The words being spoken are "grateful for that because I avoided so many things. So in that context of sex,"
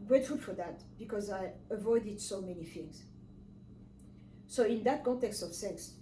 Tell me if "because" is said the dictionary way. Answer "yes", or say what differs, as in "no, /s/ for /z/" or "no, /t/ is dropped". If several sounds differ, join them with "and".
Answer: yes